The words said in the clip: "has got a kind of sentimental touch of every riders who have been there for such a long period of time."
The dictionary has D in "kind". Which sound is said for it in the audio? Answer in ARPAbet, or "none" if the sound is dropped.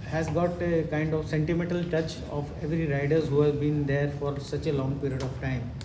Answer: D